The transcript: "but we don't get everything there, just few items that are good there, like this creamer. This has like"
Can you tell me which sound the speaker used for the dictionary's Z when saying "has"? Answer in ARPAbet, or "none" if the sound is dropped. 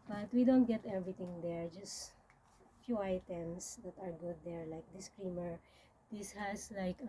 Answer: S